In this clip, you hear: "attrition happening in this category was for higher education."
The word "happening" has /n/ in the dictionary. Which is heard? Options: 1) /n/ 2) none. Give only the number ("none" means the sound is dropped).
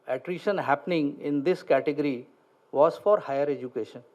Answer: 1